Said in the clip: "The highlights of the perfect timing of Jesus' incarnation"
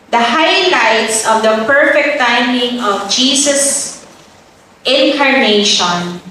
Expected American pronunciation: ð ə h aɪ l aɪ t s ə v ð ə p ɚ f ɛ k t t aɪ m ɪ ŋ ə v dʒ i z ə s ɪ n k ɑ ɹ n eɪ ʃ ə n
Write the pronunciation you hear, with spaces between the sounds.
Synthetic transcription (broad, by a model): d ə h aɪ l aɪ t s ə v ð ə p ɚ f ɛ k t t aɪ m ɪ ŋ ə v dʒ i s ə s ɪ n k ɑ ɹ n eɪ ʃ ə n